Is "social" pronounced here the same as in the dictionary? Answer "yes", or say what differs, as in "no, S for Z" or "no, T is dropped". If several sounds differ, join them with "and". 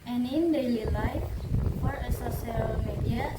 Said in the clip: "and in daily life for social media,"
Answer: no, S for SH